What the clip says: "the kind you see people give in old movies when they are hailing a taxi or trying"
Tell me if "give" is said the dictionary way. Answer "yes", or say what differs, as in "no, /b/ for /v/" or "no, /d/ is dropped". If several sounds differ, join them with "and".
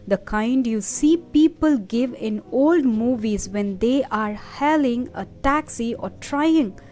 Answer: yes